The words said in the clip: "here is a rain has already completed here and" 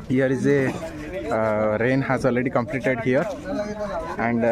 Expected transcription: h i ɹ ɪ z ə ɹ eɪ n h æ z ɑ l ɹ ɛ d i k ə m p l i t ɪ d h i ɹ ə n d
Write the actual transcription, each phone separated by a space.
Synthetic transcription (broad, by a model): h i ɹ ɪ z ə ɹ eɪ n h æ z ɑ l ɹ ɛ d i k ə m p l i t ɪ d h i ɹ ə n d